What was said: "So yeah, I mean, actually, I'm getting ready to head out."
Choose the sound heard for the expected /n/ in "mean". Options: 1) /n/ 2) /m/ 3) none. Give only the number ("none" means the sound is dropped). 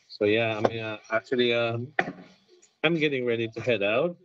3